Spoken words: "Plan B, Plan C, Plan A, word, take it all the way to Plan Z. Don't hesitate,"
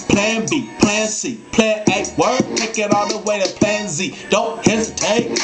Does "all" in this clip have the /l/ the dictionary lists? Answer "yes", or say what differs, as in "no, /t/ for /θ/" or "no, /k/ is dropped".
no, /n/ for /l/